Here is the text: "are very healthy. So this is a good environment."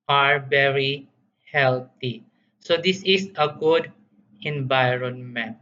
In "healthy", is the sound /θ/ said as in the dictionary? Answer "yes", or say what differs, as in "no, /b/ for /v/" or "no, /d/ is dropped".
no, /t/ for /θ/